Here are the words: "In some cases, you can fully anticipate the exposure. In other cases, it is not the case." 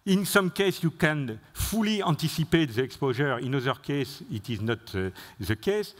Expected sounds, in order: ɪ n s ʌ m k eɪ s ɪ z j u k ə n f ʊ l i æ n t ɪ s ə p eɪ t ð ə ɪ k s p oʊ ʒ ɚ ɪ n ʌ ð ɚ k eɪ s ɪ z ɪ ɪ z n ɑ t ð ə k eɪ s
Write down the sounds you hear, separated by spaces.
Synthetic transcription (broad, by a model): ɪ n s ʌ m k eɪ s j u k ə n f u l i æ n t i s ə p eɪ t ð ə ɪ k s p oʊ ʒ ɚ ɪ n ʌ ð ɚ k eɪ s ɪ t ɪ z n ɑ t ð ə k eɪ s